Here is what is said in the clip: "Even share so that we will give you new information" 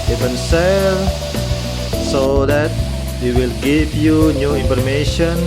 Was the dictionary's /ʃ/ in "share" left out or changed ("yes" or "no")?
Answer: yes